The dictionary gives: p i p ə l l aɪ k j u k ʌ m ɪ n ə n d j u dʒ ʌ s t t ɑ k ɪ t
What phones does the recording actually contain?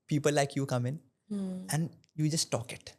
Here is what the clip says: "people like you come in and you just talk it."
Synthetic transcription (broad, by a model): p i p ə l l aɪ k j u k ʌ m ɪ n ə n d j u dʒ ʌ s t t ɑ k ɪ t